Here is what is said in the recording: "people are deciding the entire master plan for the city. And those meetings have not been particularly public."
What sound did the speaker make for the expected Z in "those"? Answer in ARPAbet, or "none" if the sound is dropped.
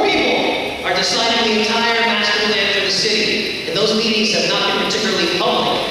Z